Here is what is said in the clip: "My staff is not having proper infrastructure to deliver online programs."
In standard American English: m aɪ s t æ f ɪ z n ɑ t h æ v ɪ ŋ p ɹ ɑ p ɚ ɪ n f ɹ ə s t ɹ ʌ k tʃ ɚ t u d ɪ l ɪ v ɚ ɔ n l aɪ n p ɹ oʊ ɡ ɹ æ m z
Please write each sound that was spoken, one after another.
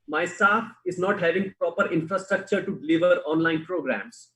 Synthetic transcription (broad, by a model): m aɪ s t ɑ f ɪ z n ɑ t h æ v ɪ ŋ p ɹ ɑ p ɚ ɪ n f ɹ ə s t ɹ ʌ k tʃ ɚ t u d ɪ l ɪ v ɚ ɔ n l aɪ n p ɹ oʊ ɡ ɹ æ m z